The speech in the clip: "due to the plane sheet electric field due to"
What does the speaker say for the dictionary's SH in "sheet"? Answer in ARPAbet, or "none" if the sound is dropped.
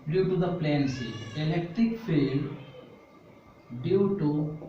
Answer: S